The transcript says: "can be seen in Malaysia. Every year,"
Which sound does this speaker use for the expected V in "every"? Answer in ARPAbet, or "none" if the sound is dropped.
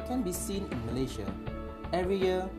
V